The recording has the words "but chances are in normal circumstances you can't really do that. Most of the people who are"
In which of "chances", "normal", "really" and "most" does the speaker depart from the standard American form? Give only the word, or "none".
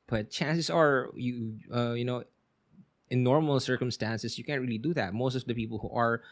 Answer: chances